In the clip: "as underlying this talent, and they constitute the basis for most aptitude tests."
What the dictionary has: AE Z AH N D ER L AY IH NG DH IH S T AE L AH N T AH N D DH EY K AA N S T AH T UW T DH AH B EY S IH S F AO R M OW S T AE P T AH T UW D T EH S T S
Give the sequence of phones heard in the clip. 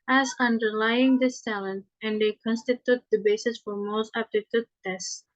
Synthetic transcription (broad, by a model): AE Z AH N D ER L AY IH NG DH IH S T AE L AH N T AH N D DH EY K AA N S T AH T UW T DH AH B EY S IH S F AO R M OW S T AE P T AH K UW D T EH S S